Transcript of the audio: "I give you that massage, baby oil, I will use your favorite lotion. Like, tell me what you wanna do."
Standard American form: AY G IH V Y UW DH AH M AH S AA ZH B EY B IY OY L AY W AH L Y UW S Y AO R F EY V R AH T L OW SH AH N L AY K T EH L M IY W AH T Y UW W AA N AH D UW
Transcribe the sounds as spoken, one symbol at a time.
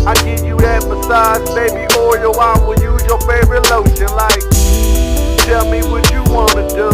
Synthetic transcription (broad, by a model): AY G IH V Y UW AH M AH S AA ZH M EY B IY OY W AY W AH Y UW Y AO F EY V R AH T L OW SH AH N L AY K T EH L M IY W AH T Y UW W AA N AH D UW